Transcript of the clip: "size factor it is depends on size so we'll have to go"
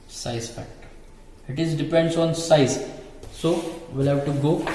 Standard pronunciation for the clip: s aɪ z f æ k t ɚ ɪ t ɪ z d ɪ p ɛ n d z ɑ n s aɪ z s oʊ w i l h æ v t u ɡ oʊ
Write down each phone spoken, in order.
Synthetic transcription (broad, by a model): s aɪ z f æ t ɪ t ɪ z d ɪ p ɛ n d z ɑ n s aɪ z s oʊ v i l h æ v t u ɡ oʊ